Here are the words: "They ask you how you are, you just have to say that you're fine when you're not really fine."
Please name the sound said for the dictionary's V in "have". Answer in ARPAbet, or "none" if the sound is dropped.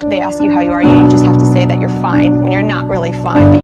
F